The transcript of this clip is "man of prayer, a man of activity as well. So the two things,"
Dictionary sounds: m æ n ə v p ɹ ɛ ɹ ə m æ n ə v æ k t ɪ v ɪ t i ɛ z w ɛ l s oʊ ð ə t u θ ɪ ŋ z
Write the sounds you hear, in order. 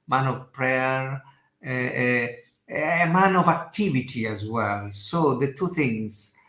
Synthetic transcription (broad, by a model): m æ n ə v p ɹ ɛ ɹ ə m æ n ə v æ k t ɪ v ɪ t i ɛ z w ɛ l s oʊ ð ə t u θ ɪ ŋ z